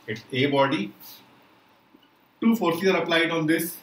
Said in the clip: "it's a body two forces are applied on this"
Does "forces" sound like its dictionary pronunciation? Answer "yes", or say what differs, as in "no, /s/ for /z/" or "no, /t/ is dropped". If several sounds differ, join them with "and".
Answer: no, /z/ is dropped